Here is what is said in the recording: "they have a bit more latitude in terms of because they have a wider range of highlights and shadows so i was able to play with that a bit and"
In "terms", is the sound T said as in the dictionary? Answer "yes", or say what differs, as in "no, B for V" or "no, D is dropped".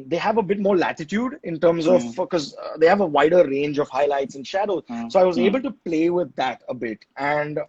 yes